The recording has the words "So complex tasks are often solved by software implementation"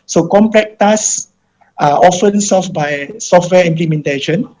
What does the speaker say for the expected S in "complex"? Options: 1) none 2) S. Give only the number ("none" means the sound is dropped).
1